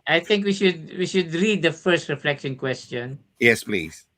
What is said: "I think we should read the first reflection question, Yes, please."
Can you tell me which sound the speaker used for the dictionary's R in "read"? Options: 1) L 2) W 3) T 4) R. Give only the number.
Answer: 2